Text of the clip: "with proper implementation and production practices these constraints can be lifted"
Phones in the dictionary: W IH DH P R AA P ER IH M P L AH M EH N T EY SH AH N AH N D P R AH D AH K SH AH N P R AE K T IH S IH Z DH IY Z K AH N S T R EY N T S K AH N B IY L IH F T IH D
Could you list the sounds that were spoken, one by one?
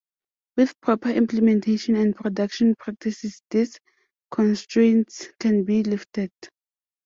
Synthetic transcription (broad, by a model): W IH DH P R AA P ER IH M P L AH M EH N T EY SH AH N AH N D P R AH D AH K SH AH N P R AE K T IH S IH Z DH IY S K AH N S T R EY N T S K AH N B IY L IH F T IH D